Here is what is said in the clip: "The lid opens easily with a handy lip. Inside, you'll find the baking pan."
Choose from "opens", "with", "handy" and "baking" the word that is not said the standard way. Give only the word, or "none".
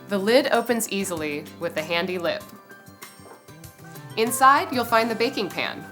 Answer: none